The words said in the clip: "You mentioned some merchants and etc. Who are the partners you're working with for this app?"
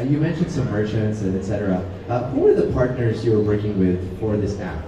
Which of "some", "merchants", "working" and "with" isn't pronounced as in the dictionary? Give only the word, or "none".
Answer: merchants